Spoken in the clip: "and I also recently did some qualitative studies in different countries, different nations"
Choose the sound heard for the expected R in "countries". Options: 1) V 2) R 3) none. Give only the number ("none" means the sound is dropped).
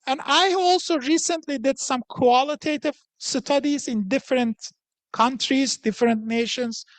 2